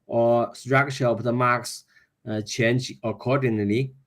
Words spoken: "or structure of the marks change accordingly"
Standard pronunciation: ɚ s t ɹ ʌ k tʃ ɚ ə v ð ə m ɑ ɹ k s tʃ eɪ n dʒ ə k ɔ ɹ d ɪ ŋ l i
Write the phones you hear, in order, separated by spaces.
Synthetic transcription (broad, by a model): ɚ s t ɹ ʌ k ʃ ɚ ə p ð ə m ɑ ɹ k s tʃ eɪ n dʒ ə k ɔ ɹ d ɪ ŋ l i